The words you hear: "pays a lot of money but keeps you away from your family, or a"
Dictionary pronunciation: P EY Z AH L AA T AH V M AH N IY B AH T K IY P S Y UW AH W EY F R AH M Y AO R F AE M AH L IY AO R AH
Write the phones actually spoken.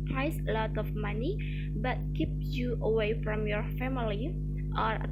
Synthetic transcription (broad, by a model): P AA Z AH L AA T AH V M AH N IY B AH T K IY P Y UW AH W EY F R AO M Y AO R F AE M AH L IY AO R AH